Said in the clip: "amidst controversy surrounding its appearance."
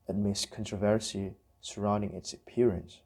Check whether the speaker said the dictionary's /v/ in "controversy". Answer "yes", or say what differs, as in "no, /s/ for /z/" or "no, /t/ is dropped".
yes